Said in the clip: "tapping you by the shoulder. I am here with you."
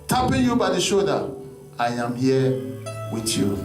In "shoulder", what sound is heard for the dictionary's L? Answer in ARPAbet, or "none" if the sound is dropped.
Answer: none